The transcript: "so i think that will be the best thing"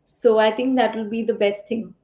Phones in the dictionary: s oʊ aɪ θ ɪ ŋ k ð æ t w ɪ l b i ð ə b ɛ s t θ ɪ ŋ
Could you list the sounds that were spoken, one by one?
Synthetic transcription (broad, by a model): s oʊ aɪ t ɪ ŋ k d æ t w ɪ l b i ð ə b ɛ s t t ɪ ŋ